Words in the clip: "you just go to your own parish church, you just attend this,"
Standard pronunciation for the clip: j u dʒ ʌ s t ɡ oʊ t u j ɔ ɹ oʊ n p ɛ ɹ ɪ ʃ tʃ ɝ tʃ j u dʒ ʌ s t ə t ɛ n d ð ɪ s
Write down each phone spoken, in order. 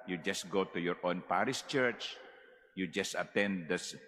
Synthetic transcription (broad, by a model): j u dʒ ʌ s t ɡ oʊ t u j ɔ ɹ oʊ n p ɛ ɹ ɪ s tʃ ɝ tʃ j u dʒ ʌ s t ə t ɛ n d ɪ s